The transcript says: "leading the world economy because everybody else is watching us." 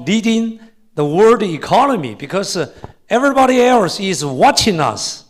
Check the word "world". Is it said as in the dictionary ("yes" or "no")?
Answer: no